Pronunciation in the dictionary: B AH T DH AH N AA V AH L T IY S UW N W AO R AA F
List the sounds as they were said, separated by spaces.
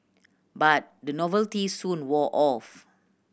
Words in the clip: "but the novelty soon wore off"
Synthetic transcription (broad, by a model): B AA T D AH N AA V AH L T IY S UW N W AO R AA F